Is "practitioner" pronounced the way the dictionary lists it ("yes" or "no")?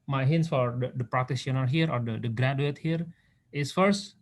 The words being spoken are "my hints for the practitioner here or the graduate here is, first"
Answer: no